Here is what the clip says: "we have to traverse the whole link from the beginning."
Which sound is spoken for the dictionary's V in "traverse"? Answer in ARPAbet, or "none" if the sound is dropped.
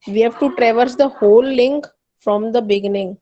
V